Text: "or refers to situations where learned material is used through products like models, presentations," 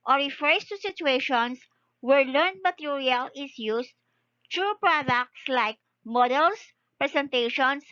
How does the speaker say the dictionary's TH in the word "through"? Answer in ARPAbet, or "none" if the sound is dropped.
T